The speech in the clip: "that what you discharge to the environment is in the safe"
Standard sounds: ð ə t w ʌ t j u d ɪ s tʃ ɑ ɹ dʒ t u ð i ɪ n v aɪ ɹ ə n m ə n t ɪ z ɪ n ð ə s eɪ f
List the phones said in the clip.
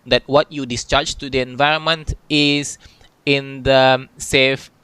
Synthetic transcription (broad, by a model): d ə t w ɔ t j u d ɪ s tʃ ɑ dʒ t u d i ɪ n v aɪ ɹ ə n m ə n t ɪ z ɪ n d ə s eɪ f